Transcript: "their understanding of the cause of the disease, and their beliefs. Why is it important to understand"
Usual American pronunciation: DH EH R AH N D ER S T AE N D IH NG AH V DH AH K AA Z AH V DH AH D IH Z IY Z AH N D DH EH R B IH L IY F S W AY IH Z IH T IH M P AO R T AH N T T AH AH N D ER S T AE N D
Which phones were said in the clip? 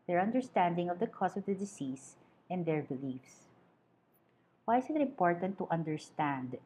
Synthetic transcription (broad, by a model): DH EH R AH N D ER S T AE N D IH NG AH V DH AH K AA S AH V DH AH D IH S IY S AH N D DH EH R B IH L IY F S W AY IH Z IH T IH M P AO R T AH N T T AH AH N D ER S T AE N D